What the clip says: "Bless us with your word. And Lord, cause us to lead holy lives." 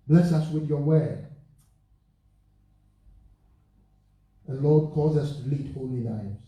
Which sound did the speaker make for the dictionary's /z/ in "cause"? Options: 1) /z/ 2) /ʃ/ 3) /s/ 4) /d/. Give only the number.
1